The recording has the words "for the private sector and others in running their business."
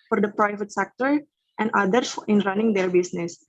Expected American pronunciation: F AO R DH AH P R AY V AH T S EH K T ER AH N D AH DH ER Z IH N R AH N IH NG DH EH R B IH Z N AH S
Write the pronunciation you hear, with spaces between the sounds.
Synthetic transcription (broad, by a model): F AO R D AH P R AY V AH T S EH K T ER AH N D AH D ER IH N R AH N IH NG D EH R B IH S N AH S